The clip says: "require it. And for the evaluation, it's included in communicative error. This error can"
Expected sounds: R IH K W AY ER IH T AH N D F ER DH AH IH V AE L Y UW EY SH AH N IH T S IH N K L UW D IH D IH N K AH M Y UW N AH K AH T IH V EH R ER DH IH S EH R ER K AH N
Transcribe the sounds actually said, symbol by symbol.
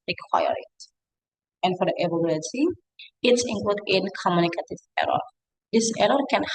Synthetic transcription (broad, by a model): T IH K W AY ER IH T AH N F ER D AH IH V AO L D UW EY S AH IH T S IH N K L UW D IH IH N K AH M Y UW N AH K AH T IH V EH R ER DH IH S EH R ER K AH N